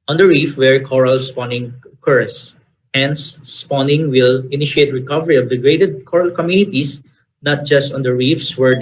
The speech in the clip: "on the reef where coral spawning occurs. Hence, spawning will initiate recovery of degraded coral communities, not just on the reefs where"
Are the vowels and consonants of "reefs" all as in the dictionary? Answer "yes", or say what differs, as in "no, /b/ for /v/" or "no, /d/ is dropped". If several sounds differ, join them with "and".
yes